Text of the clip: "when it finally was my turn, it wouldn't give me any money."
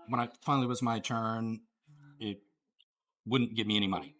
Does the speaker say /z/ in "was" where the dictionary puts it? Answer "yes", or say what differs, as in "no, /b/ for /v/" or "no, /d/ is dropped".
yes